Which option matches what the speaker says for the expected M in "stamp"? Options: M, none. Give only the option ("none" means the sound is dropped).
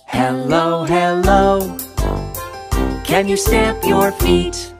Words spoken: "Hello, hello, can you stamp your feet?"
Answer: none